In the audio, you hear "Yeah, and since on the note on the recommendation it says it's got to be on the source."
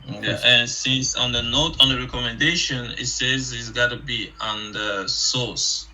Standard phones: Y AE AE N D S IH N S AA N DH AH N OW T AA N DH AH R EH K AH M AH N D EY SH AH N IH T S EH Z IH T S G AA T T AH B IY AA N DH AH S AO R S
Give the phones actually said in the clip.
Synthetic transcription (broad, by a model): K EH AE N S IH N S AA N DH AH N OW T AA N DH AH R EH K AH M AH N D EY SH AH N IH T S EH Z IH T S G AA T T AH B IY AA N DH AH S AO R S